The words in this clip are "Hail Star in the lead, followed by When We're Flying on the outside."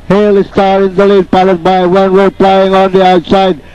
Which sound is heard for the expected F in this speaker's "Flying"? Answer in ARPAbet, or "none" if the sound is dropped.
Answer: P